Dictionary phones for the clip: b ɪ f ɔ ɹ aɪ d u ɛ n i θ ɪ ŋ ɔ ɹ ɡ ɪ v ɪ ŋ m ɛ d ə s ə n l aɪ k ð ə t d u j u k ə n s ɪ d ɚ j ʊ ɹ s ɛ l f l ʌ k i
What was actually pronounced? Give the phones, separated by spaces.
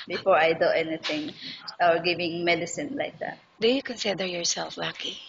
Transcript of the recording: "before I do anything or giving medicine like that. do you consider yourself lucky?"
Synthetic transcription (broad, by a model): b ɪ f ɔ ɹ aɪ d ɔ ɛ n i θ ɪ ŋ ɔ w ɡ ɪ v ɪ ŋ m ɛ d ə s ə n l aɪ k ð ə t d u j u k ə n s ɪ d ɚ j ʊ ɹ s ɛ l f l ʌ k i